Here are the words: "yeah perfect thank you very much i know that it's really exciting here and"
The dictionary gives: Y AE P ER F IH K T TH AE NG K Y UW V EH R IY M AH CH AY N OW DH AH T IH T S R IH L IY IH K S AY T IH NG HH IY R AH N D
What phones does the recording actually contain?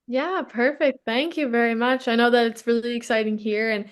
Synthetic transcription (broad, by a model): Y AE P ER F IH K T TH AE NG K Y UW V EH R IY M AH CH AY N OW DH AH T IH T S R IH L IY IH K S AY T IH NG HH IY R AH N